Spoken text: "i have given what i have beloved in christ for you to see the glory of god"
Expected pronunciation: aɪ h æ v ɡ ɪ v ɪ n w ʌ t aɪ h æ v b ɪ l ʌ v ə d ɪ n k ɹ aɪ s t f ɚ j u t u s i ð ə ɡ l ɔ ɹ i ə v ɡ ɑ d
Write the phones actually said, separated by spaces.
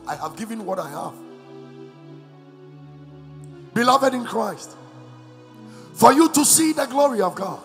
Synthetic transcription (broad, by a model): aɪ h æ v ɡ ɪ v ɪ n w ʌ t aɪ h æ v b ɪ l ʌ v ə d ɪ n k ɹ aɪ s t f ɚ j u t u s i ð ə ɡ l ɔ ɹ i ə v ɡ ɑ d